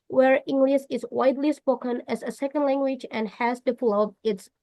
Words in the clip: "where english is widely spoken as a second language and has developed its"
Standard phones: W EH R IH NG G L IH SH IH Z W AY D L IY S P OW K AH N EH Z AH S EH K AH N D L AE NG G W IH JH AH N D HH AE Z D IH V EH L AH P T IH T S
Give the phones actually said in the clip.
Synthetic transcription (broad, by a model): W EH R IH NG G L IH S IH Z W AY D L IY S P OW K AH N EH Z AH S EH K AH N D L AE NG G W IH JH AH N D HH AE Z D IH P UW L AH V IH T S